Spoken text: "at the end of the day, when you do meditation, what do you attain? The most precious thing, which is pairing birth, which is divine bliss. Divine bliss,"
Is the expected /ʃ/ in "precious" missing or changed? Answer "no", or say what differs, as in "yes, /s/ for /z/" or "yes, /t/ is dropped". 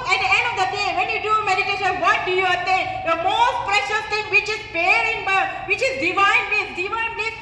no